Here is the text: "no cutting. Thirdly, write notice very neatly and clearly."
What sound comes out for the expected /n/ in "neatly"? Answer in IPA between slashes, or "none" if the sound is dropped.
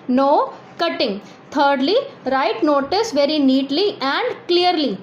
/n/